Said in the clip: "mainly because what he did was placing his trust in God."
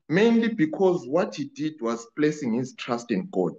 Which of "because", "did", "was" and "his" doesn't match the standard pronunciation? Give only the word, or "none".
none